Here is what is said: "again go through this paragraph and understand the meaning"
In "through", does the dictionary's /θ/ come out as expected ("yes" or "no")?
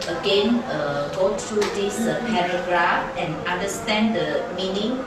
no